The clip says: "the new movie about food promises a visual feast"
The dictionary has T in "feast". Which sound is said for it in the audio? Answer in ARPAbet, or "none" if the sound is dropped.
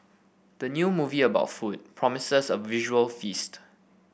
T